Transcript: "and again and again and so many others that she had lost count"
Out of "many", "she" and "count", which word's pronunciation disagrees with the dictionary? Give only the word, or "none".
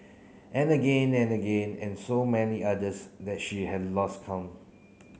count